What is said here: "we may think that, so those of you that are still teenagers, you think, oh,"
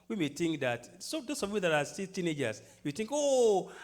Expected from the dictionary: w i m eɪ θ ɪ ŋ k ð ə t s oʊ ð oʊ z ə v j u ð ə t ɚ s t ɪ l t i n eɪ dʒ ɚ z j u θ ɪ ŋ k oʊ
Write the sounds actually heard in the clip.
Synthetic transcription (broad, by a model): w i m eɪ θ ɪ ŋ k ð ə t s oʊ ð oʊ s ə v j u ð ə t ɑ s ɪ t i n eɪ dʒ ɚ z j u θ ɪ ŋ k oʊ